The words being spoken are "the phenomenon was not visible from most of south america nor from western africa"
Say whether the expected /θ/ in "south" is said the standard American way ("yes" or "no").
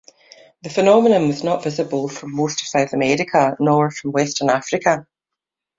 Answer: yes